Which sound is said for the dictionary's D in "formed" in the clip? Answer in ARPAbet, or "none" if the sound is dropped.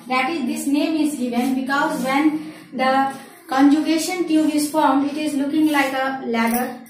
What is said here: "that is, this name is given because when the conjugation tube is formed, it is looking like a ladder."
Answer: none